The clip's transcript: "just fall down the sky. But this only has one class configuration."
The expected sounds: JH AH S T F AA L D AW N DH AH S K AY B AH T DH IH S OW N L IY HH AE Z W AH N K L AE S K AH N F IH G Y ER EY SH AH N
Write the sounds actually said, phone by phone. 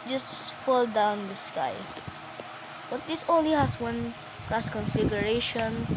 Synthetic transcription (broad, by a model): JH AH S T F AA L D AW N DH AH S K AY B AH T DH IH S OW N L IY HH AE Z W AH N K AE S K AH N F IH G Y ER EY SH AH N